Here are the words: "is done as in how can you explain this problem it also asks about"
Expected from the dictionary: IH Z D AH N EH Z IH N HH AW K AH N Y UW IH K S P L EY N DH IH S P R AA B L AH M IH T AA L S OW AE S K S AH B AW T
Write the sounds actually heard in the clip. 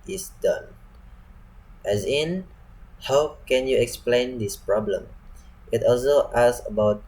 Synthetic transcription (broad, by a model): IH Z D AH N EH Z IH N HH AW K AH N Y UW IH K S P L EY N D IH S P R AA B L AH M IH T AA L S OW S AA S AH B AW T